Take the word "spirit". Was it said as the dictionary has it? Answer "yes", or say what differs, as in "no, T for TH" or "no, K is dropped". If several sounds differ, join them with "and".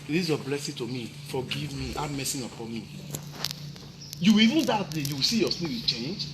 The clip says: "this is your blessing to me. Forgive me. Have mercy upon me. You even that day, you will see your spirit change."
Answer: no, W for R